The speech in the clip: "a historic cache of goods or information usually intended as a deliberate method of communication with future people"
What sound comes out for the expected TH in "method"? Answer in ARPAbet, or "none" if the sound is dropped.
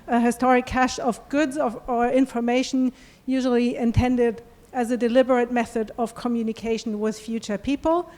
TH